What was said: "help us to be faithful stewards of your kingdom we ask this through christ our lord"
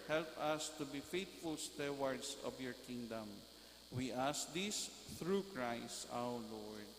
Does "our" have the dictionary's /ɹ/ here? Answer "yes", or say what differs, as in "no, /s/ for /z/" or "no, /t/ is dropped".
no, /w/ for /ɹ/